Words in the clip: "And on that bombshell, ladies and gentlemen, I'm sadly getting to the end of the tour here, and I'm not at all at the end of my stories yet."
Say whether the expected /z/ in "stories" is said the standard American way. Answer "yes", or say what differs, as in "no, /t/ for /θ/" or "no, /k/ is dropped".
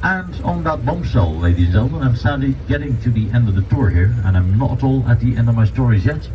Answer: yes